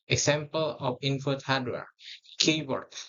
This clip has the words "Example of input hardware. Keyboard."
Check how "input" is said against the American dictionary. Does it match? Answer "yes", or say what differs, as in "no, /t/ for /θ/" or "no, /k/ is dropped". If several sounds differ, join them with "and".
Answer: no, /f/ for /p/